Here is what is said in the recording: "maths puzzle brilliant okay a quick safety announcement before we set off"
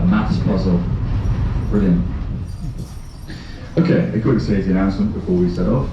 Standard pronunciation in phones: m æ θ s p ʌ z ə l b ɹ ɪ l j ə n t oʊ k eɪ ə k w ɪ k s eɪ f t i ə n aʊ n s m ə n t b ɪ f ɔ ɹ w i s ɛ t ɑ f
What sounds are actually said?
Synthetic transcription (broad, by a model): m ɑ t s p ʌ z ə l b ɹ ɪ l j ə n oʊ k eɪ ə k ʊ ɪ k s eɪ t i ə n aʊ n s m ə n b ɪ f ɔ w i s ɛ t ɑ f